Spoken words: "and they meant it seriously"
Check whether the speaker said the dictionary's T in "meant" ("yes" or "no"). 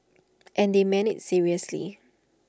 no